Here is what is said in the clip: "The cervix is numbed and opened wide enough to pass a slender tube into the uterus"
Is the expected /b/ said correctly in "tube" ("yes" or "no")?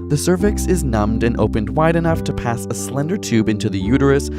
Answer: yes